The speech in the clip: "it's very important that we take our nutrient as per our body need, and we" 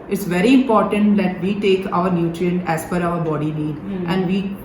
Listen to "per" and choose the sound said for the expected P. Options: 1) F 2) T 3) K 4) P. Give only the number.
1